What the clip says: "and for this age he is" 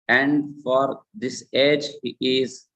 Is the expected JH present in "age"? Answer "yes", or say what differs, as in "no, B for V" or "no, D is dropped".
yes